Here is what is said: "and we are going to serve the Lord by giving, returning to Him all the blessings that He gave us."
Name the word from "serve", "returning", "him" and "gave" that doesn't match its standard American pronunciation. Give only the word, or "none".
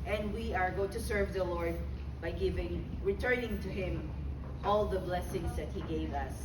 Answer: none